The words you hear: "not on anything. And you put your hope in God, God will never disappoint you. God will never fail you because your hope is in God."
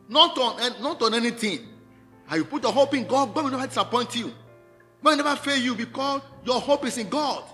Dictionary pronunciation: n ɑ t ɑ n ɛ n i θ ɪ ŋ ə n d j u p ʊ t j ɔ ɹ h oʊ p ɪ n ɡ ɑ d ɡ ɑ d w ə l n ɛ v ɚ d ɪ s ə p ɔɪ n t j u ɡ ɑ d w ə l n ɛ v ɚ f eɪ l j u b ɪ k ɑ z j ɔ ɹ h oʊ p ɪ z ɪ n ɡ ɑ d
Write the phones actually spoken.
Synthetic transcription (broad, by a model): n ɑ t ɑ n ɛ n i t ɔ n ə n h j u p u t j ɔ h oʊ p ɪ n ɡ ɑ d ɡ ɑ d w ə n ɛ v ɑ d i s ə p ɔɪ n t j u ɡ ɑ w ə n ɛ v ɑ f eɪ j u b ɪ k ɑ s j ɔ h oʊ p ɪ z ɪ n ɡ ɑ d